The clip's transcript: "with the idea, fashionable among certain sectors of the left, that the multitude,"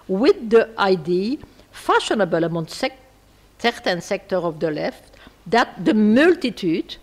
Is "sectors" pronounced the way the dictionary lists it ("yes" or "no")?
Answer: no